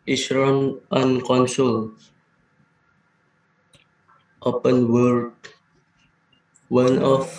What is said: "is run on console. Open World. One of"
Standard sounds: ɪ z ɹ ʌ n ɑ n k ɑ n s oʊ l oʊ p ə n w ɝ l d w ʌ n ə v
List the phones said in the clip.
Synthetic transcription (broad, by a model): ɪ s ɹ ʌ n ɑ n k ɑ n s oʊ l oʊ p ə n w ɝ d w ʌ n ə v